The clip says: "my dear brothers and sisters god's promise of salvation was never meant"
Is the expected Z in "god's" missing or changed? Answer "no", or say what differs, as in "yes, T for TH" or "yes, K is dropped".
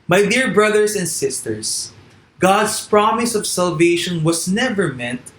yes, S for Z